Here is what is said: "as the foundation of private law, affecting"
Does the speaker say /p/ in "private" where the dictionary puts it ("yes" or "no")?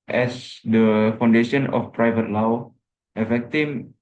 yes